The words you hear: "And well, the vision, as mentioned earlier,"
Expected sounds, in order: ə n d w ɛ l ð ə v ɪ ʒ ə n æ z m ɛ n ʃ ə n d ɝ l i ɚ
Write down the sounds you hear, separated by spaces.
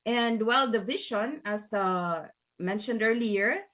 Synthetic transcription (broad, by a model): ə n d w ɛ l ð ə v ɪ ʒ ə n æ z m ɛ n ʃ ə n d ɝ l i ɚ